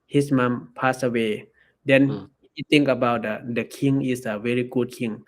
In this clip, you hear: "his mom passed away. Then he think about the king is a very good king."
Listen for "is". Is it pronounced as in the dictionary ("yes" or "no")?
no